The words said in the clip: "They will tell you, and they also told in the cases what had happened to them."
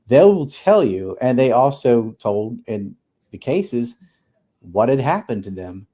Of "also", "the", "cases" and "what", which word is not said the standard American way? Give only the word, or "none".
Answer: none